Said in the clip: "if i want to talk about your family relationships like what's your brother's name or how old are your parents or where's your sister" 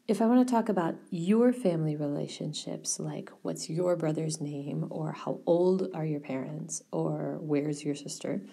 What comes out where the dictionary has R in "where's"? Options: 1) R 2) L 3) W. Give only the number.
1